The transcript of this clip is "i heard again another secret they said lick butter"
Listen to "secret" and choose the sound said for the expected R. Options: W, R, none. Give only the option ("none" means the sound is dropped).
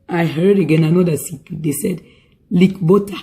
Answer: none